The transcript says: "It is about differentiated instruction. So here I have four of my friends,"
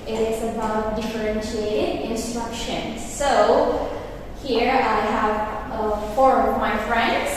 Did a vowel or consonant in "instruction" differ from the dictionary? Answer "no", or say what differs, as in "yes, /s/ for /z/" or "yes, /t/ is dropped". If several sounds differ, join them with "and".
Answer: no